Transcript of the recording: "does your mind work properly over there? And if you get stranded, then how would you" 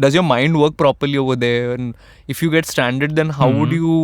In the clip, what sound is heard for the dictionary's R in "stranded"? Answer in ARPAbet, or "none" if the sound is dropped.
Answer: none